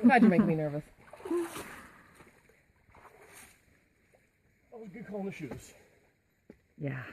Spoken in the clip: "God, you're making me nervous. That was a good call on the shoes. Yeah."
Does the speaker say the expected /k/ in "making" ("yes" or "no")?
no